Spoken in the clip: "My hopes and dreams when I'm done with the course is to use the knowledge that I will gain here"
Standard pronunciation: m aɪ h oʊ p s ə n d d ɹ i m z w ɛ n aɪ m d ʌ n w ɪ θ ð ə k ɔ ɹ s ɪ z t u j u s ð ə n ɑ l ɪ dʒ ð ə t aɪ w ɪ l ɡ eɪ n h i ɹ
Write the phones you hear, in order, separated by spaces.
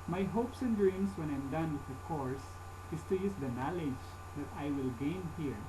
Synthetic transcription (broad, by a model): m aɪ h oʊ p s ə n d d ɹ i m s w ɛ n aɪ m d ʌ n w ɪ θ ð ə k ɔ ɹ s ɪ s t u j u s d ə n ɑ l ɪ dʒ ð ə t aɪ w ɪ l ɡ eɪ n h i ɹ